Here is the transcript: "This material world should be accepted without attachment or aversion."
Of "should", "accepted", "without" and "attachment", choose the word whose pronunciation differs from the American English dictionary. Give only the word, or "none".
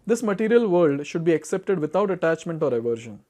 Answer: without